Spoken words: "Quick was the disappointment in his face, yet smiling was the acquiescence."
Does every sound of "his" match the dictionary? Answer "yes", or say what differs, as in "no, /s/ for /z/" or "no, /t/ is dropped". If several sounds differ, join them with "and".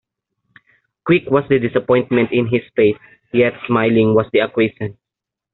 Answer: no, /s/ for /z/